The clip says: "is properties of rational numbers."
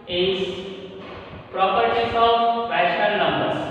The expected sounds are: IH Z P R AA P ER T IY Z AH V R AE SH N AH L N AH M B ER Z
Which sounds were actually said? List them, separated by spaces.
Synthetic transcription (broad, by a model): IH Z P R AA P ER T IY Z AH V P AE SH AH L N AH M B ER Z